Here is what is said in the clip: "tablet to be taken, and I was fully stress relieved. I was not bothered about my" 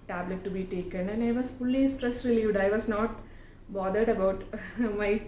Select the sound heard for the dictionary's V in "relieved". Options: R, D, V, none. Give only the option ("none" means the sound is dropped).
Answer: V